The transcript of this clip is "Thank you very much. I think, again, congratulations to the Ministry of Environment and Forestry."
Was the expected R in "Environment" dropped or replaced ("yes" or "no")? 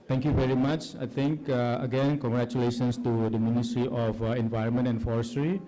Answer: no